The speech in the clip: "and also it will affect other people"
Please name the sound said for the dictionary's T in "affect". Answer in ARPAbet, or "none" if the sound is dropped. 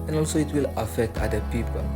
T